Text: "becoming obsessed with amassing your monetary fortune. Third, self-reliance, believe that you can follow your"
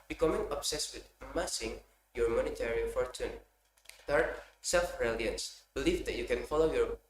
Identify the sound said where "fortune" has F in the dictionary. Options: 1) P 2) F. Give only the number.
2